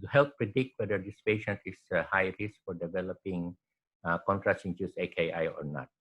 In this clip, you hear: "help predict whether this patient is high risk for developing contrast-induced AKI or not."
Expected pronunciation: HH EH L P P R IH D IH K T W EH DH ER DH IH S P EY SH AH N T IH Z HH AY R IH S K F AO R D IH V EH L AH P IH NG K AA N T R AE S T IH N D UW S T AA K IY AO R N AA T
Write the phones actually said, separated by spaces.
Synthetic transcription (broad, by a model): HH EH L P P R IH D IH K T W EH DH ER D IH S P EY SH AH N T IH S HH AY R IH S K F AO R D IH V EH L AH P IH NG K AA N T R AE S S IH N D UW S AA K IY AO R N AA T